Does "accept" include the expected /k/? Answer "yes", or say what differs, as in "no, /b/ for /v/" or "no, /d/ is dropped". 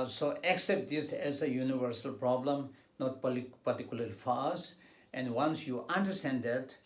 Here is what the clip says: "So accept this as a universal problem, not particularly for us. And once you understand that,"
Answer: yes